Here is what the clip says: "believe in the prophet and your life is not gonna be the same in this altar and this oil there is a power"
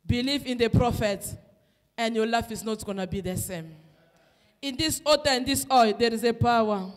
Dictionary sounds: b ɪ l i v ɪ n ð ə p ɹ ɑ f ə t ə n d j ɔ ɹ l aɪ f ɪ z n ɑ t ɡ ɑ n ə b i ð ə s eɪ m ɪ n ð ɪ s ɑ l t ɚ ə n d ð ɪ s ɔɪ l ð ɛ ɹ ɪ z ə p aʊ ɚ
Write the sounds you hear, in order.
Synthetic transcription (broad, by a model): b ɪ l i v ɪ n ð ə p ɹ ɑ f ə t ə n d j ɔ l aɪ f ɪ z n ɑ t ɡ ɑ n ə b i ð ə s eɪ m ɪ n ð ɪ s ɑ t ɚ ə n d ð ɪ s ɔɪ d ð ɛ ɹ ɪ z ə p aʊ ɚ